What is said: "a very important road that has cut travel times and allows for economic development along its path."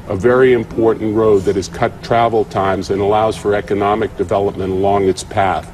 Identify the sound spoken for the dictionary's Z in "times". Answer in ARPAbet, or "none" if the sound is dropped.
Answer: Z